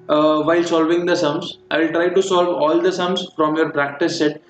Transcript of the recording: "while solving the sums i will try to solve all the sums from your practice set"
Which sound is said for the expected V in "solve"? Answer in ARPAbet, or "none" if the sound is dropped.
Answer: V